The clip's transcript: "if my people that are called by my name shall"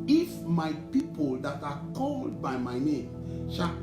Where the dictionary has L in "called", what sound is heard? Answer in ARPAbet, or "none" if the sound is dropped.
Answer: L